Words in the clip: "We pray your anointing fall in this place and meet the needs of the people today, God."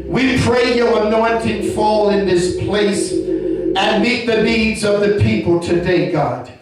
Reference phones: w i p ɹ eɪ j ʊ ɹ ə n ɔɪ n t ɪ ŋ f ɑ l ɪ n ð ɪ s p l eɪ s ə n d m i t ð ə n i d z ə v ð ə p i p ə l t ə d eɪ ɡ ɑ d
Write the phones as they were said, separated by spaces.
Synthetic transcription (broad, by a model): w i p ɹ eɪ j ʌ ɹ ə n ɔɪ n t ɪ ŋ f ɑ l ɪ n ð ɪ s p l eɪ s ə n m i t ð ə n i d z ə v ð ə p i p l t ə d eɪ ɡ ɑ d